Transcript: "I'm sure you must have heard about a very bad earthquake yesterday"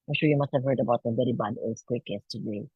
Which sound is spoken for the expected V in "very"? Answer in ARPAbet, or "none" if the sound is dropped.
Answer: B